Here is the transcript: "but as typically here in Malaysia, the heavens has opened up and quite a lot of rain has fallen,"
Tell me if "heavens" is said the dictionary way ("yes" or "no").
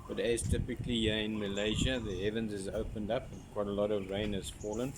yes